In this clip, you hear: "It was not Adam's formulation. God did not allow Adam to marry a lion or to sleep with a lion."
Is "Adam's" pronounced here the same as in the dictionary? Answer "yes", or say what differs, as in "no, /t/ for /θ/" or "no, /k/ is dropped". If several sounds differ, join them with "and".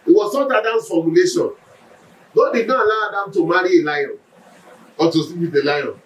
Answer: no, /z/ is dropped